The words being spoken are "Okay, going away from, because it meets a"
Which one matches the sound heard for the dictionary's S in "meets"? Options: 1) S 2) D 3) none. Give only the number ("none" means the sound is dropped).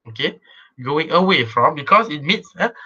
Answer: 1